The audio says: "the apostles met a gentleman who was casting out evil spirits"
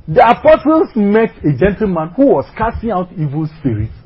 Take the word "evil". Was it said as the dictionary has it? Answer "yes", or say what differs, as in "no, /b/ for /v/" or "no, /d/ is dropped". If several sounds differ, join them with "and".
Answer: yes